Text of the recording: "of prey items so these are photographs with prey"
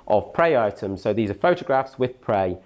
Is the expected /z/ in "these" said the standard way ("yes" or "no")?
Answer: yes